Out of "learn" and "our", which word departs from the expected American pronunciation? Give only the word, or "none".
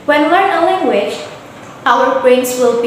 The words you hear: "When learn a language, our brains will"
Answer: learn